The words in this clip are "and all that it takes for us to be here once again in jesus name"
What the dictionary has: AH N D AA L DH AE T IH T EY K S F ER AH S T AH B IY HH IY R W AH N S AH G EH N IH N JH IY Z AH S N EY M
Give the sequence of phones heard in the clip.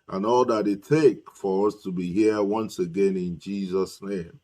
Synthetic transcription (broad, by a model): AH N AA L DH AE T IH T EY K F ER AH S T AH B IY HH IY R W AH N S AH G EH N IH N JH IY Z AH S N EY M